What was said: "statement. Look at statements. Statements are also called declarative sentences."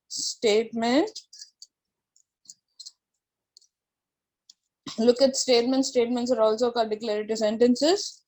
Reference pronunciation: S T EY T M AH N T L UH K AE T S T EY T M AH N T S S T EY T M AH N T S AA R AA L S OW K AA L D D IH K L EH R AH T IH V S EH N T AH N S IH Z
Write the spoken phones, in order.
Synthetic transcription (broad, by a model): S T EY T M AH N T L UH K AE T S T EY T M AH N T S S T EY T M AH N T S AA R AA L S OW K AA D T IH K L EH R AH T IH S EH N T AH N S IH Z